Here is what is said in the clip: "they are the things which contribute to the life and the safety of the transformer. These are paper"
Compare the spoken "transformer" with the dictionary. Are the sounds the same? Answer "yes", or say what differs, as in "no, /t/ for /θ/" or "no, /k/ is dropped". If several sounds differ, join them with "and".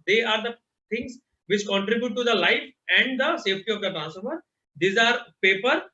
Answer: no, /f/ is dropped